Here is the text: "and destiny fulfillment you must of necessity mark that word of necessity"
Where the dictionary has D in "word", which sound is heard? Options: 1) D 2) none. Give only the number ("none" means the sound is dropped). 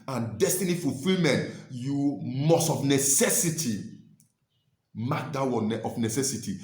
2